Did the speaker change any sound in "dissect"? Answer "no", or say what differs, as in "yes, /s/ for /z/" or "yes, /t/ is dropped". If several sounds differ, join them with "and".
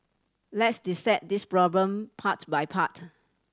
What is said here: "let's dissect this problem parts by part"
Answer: yes, /k/ is dropped